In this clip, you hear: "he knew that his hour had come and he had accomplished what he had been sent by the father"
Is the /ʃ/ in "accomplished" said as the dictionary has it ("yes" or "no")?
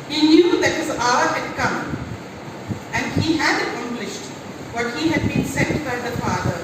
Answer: yes